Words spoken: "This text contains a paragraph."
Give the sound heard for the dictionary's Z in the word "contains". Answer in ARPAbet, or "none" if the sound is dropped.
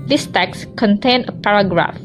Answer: none